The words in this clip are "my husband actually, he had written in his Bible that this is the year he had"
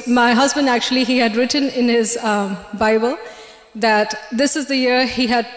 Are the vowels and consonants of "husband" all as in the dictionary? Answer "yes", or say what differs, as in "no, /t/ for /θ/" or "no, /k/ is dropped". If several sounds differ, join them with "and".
yes